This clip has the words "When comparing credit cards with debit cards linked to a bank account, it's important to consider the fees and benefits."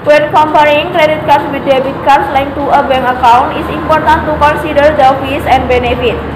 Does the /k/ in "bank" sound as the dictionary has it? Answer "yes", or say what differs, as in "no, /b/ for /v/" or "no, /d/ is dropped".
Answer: no, /k/ is dropped